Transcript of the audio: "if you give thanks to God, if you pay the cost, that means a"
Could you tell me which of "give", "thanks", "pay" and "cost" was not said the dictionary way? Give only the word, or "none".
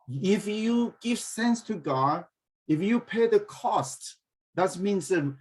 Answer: thanks